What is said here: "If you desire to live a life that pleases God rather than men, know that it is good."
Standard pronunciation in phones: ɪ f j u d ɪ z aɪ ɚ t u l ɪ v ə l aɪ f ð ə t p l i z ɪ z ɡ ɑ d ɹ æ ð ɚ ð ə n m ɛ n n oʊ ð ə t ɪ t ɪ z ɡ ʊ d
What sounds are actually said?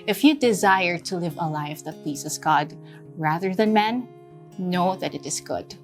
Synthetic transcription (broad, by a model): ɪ f j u d ɪ z aɪ ɚ t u l ɪ v ə l aɪ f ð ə t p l i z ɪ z ɡ ɑ d ɹ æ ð ɚ ð ə n m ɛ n n oʊ ð ə t ɪ t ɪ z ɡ ʊ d